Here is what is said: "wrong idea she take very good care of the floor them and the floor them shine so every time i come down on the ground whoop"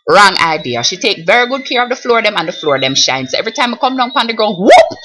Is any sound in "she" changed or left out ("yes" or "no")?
no